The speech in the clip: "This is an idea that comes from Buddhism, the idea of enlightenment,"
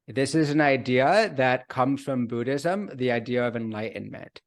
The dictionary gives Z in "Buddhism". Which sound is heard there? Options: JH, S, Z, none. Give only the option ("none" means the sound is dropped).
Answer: Z